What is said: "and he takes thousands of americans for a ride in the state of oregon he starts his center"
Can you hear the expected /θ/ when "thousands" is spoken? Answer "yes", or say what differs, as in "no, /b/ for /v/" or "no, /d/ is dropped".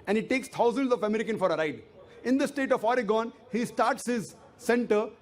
no, /t/ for /θ/